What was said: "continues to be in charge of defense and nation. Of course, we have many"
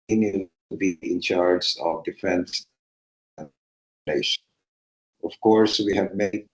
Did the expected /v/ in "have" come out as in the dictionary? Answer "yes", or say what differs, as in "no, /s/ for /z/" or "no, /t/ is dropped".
yes